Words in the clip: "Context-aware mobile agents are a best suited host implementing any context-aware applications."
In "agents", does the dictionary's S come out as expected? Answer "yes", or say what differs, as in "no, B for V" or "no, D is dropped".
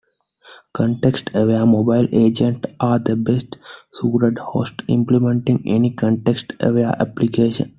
no, S is dropped